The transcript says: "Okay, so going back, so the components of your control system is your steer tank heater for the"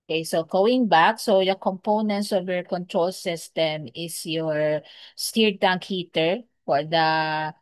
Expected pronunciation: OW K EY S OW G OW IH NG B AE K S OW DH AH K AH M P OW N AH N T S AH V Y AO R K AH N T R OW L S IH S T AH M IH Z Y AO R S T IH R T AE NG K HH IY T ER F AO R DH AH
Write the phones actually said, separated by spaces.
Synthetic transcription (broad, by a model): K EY S OW G OW IH NG B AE K S OW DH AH K AH M P OW N AH N T S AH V Y AO R K AH N T R OW L S IH S T AH M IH S Y AO R S T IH R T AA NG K HH IY T ER F AO R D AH